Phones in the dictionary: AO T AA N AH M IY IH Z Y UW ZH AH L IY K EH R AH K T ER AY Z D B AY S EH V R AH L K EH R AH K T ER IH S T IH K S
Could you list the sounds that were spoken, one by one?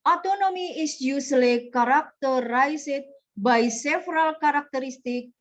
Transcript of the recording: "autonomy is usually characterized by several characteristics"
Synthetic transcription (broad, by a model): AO T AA N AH M IY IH S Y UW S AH L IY K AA R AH K T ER AY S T B AY S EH F R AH L K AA R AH K T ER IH S T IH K